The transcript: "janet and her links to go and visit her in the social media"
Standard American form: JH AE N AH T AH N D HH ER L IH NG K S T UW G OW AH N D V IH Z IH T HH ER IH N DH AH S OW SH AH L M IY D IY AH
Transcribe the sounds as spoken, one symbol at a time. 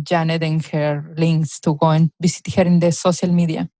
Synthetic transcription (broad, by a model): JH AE N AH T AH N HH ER L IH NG K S T UW G OW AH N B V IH S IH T HH ER IH N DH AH S OW S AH L M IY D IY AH